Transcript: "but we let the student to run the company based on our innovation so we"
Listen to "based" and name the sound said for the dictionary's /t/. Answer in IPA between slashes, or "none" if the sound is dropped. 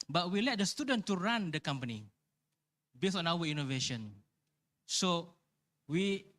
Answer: none